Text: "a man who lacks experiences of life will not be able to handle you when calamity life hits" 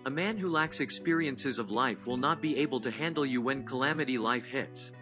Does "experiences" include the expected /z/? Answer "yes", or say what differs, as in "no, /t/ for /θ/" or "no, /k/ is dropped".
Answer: yes